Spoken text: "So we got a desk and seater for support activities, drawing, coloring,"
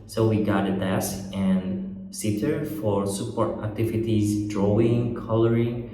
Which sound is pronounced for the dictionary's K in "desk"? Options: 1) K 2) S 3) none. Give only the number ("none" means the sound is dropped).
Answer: 3